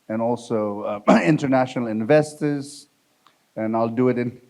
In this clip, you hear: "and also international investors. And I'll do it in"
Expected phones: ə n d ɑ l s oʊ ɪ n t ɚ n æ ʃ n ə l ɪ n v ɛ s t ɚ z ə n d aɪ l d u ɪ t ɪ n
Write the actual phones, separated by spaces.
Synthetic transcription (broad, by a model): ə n ɑ l s oʊ ɪ n t ɚ n æ ʃ n ə l ɪ n v ɛ s t ɚ z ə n aɪ l d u ɪ t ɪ n